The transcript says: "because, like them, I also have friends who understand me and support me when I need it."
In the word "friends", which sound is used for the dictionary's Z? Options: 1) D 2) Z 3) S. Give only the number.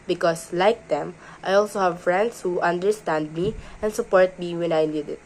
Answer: 3